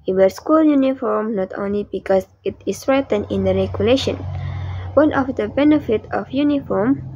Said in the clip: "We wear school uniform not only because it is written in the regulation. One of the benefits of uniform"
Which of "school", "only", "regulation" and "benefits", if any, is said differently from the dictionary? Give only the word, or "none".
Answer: benefits